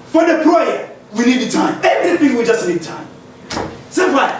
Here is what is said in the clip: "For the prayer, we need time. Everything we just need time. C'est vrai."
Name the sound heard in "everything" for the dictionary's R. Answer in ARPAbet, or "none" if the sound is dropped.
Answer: none